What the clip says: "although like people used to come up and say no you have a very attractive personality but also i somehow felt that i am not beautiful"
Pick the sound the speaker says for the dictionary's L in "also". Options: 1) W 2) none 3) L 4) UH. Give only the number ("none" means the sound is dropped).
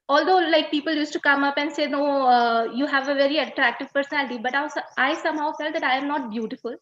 2